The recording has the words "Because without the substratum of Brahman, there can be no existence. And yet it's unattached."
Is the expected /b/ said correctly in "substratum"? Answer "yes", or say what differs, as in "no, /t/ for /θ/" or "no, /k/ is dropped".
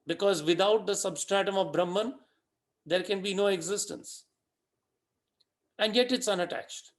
yes